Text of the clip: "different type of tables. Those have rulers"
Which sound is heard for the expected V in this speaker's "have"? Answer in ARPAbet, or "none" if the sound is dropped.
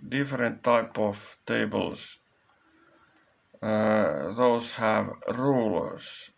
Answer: V